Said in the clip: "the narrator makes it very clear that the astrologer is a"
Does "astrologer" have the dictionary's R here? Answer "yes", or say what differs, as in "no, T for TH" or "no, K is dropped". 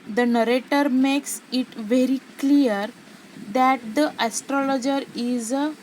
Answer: yes